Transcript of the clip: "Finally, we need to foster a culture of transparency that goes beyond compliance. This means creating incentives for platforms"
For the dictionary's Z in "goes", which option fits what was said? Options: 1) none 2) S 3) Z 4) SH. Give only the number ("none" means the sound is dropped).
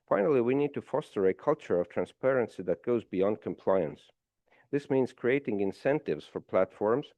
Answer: 3